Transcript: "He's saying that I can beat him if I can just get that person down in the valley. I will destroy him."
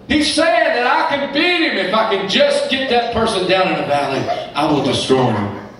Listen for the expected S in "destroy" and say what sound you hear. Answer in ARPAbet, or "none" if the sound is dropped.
S